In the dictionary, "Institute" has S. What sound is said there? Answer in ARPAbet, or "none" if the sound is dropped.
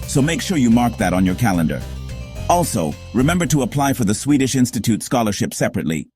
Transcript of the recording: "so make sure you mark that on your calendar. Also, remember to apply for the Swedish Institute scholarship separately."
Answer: S